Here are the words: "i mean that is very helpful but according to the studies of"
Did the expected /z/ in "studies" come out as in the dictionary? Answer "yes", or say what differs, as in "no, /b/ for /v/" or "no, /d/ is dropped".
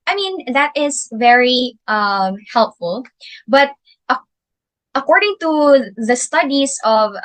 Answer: no, /s/ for /z/